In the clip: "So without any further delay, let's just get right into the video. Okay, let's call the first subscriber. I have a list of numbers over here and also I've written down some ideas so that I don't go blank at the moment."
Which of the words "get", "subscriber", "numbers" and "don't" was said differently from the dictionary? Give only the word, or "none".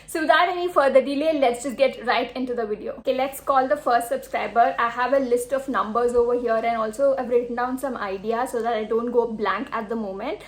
none